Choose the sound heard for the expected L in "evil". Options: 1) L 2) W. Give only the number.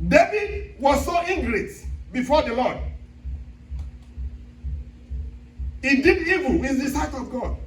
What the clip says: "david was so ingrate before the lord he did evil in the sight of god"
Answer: 2